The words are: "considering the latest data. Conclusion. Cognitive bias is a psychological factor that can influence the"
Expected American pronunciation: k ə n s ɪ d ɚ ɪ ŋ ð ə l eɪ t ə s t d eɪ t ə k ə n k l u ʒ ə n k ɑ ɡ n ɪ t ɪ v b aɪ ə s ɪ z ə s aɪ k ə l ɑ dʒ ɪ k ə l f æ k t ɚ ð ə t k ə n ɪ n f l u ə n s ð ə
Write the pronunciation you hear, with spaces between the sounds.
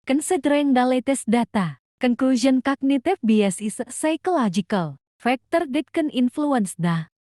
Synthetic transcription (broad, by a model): k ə n s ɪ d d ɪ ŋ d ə l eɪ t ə s d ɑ t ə k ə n k l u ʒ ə n k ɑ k n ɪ t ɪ f b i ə s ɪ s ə s aɪ k ə l ɑ dʒ ɪ k ə l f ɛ k t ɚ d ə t k ə n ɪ n f l u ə n s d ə